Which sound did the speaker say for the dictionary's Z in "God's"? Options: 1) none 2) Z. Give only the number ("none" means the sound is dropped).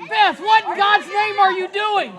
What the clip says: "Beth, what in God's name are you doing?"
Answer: 2